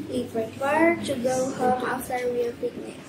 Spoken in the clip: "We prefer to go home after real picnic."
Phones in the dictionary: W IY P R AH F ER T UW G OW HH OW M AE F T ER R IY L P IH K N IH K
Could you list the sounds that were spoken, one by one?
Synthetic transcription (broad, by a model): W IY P R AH P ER T UW G OW HH OW M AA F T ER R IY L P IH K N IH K